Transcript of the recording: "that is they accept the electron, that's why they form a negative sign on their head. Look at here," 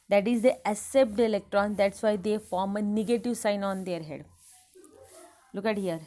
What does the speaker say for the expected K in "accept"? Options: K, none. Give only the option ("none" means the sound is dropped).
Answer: none